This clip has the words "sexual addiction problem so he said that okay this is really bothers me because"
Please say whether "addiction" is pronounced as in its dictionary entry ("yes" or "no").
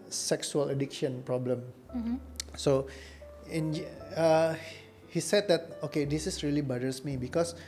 yes